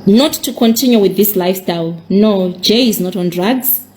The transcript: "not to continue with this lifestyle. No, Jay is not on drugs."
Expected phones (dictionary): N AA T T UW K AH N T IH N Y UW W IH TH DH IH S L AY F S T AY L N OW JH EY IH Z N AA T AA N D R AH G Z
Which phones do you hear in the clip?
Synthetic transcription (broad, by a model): N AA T T UW K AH N T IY N Y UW W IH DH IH S L AY F S T AY L N OW JH EY IH Z N AA T AA N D R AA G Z